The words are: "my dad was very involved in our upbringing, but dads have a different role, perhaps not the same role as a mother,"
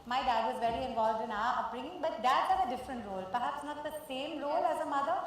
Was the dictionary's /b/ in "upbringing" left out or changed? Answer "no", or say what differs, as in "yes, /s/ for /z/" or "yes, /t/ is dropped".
yes, /b/ is dropped